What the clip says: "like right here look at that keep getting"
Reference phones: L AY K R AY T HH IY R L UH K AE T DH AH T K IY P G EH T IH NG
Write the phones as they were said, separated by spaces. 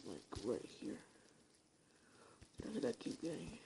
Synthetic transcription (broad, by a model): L AY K R AY T HH IY R N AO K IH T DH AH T K IY P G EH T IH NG